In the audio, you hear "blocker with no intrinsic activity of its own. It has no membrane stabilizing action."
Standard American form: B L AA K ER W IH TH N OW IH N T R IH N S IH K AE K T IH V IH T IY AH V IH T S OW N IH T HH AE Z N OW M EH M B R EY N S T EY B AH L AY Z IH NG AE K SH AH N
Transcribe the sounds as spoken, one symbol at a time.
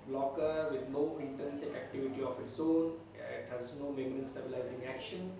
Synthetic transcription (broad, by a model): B L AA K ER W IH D N OW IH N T AH N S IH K AE K T IH V IH T IY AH F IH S OW N IH T HH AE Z N OW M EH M R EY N S T EY B AH L AY Z IH NG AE K SH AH N